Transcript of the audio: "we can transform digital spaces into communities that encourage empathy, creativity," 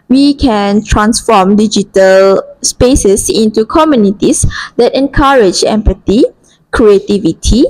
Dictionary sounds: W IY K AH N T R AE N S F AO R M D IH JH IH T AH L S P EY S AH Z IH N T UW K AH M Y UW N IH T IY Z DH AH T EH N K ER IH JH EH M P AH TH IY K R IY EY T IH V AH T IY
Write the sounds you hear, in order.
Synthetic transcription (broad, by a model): W IY K AH N T R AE N S F AO M D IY JH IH T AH L S P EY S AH S IH N T UW K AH M Y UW N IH T IY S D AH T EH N K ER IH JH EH M P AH T IY K R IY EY T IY V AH T IY